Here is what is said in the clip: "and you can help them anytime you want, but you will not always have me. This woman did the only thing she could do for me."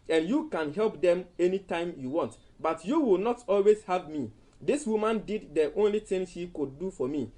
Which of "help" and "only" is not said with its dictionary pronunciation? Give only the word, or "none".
none